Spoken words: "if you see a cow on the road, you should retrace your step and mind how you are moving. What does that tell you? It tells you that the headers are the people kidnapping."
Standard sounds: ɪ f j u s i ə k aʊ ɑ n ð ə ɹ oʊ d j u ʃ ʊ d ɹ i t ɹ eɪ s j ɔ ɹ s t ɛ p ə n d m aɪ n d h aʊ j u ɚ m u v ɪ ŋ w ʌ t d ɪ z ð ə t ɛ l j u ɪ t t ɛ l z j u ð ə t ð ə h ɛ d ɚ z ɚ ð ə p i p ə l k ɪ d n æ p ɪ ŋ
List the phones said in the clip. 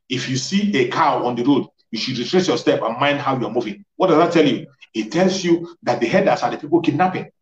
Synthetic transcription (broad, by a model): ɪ f j u s i ə k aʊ ɑ n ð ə ɹ oʊ d j u ʃ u d ɹ i t ɹ eɪ s j ɔ s t ɛ p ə n m aɪ n d h aʊ j u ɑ m u v ɪ ŋ w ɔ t d ɪ z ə t ɛ l j u ɪ t t ɛ l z j u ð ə t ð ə h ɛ d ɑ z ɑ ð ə p i p ə l k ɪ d n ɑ p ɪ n